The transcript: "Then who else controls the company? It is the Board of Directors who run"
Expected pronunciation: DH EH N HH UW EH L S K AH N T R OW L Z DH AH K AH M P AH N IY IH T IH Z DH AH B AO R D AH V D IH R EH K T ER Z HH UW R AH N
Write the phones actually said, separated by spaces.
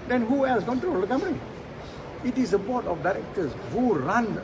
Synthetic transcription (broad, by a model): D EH N HH UW EH L S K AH N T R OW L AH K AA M AH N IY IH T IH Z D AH B AO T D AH F D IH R EH K T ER S HH UW R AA N